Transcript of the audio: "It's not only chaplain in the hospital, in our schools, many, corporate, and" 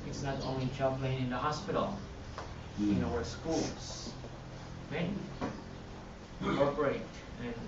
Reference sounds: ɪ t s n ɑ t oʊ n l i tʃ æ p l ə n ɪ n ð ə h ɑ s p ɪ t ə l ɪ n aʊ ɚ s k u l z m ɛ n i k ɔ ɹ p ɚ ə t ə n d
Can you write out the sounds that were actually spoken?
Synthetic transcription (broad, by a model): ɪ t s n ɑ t oʊ n l i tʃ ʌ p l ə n ɪ n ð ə h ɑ s p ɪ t l ɪ n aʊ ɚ s k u l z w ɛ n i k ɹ ɚ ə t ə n